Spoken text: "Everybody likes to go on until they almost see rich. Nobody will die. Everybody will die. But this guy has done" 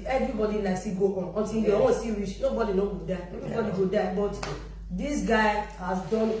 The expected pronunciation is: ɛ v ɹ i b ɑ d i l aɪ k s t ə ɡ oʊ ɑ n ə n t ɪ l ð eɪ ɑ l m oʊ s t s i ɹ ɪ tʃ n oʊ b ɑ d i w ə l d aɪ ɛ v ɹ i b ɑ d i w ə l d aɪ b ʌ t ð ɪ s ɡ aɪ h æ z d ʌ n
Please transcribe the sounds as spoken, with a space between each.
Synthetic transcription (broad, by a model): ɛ v ɹ i b ɑ d i n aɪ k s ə ɡ oʊ ɑ n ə n t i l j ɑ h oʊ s s i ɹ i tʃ n oʊ b ɑ d i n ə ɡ d aɪ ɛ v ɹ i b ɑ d i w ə d aɪ b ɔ t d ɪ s ɡ aɪ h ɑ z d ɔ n